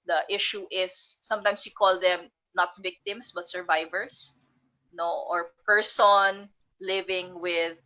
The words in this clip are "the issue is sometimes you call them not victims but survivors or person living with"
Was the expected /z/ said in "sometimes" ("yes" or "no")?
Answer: no